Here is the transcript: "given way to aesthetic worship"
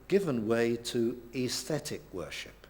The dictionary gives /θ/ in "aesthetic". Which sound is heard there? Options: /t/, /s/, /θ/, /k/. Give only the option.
/θ/